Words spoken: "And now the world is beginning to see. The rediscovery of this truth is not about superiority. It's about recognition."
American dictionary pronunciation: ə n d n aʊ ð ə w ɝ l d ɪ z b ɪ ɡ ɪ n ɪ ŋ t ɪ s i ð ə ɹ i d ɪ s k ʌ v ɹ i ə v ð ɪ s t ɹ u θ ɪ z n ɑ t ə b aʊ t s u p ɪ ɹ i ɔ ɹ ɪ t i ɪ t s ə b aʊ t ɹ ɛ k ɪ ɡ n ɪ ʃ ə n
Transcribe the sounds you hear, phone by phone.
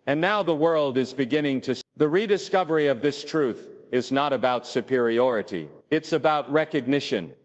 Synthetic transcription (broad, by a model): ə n n aʊ ð ə w ɝ l d ɪ z b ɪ ɡ ɪ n ɪ ŋ t ɪ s ð ə ɹ i d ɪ s k ʌ v ɹ i ə v ð ɪ s t ɹ u θ ɪ z n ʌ t ə b aʊ t s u p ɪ ɹ i ɔ ɹ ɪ t i ɪ t s ə b aʊ t ɹ ɛ k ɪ ɡ n ɪ ʃ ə n